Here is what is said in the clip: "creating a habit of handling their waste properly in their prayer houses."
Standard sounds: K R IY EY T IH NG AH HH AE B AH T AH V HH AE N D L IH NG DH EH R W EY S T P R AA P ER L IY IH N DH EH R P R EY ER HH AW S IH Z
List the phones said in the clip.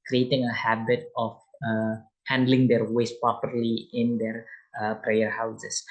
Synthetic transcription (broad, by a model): K R IY EY T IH NG AH HH AE B AH T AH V HH AE N D L IH NG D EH R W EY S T P R AA P ER L IY IH N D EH R P R EY ER HH AW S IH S